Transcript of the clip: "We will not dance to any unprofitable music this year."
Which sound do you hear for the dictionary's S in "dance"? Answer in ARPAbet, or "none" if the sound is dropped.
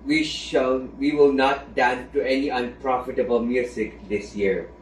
none